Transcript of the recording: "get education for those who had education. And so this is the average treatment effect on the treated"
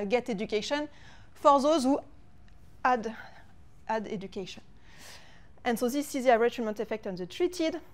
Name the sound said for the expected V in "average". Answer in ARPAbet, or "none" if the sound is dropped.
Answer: none